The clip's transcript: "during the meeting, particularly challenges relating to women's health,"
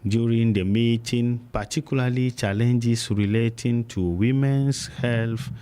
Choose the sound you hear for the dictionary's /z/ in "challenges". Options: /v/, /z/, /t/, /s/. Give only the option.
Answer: /s/